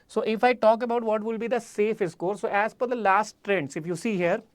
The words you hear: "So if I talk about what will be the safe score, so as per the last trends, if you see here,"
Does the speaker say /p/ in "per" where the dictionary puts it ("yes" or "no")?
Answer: no